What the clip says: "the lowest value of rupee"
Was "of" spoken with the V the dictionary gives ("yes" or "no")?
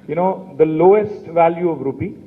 yes